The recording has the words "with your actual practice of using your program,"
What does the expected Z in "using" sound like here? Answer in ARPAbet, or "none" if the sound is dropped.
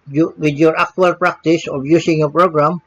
S